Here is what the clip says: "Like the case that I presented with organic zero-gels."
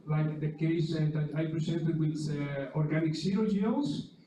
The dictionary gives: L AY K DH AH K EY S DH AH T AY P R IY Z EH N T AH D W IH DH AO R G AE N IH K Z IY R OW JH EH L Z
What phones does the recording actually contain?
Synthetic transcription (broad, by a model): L AY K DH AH K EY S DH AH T AY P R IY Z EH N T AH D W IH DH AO R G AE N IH K S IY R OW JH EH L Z